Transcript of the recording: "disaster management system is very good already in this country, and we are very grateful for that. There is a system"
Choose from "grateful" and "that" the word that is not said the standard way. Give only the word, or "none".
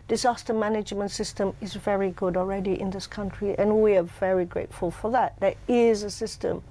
none